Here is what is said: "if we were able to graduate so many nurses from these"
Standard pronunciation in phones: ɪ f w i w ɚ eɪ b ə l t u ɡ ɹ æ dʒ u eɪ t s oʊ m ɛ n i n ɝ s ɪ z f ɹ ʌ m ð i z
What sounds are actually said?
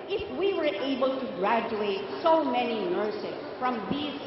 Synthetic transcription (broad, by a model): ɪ f w i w ɚ eɪ b ə l t u ɡ ɹ æ dʒ u eɪ t s oʊ m ɛ n i n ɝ s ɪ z f ɹ ʌ m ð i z